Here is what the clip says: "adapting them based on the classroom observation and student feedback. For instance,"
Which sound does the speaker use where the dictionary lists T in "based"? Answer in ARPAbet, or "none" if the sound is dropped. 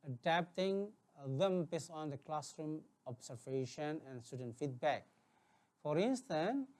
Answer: none